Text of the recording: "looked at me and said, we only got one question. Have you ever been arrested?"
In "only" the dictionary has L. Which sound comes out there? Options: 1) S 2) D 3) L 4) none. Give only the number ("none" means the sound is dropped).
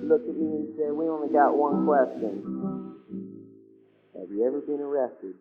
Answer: 4